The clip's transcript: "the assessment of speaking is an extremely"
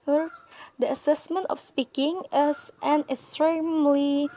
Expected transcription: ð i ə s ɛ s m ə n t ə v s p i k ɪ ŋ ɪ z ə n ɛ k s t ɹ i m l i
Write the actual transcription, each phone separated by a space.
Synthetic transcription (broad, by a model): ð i ə s ɛ s m ə n t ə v s p i k ɪ ŋ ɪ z ə n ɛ k s t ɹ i m l i